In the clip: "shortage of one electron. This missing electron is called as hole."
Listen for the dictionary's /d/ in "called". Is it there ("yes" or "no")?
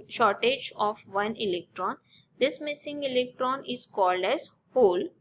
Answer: yes